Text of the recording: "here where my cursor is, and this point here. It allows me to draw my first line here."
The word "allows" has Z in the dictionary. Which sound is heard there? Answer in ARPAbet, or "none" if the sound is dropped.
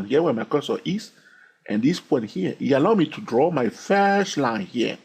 none